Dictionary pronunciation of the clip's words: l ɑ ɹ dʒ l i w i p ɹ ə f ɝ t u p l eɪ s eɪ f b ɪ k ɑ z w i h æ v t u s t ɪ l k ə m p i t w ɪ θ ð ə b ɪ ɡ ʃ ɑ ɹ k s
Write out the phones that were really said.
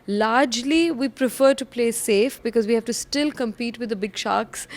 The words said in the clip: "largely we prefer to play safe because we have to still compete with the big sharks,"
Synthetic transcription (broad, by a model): l ɑ ɹ dʒ l i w i p ɹ ə f ɝ t u p l eɪ s eɪ f b ɪ k ɑ z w i h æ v t u s t ɪ l k ə m p i t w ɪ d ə b ɪ ɡ ʃ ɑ k s